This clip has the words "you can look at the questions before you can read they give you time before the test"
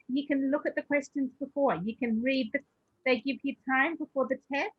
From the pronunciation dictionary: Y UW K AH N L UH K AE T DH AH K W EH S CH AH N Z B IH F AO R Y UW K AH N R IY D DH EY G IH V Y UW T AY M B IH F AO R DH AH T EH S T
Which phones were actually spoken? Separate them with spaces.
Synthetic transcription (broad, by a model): Y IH K AH N L UH K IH T DH AH K W EH S CH AH N Z B IH F AO R Y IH K AH N R IY D DH EY G IH V Y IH T AY M B IH F AO R DH AH T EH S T